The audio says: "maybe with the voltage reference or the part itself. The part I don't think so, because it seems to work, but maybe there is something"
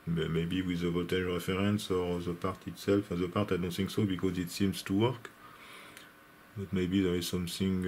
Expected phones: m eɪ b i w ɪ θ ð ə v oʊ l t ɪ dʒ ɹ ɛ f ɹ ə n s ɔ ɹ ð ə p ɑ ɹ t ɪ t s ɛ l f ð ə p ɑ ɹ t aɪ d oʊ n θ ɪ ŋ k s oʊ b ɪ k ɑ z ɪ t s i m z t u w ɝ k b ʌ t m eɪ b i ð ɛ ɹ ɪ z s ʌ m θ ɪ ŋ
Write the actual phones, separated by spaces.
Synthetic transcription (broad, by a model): m eɪ b i w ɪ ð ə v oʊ t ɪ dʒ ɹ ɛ f ɹ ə n s ɔ ɹ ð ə p ɑ ɹ t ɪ t s ɛ l f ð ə p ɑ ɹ t aɪ d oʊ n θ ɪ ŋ k s oʊ b ɪ k ɑ z ɪ t s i m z t u w ɝ k b ʌ t m eɪ b i ð ɛ ɹ ɪ z s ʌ m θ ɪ ŋ